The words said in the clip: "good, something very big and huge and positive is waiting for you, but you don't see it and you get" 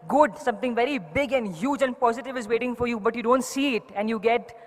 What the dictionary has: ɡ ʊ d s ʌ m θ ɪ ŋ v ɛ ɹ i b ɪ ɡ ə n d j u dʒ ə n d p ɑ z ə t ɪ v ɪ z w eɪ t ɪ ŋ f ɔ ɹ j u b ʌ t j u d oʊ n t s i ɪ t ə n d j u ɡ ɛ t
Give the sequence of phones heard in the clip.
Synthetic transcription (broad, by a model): ɡ ʊ d s ʌ m t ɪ ŋ v ɛ ɹ i b ɪ ɡ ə n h j u dʒ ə n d p ɑ z ə t ɪ v ɪ z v eɪ t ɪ ŋ f ɔ ɹ j u b ʌ t j u d oʊ n t s i ɪ t ə n d j u ɡ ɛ t